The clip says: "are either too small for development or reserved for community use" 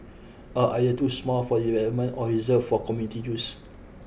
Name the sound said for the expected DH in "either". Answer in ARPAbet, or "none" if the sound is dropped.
none